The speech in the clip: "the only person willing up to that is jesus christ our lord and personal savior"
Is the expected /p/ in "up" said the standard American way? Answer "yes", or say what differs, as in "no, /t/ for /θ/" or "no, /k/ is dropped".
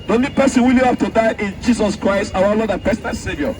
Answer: no, /f/ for /p/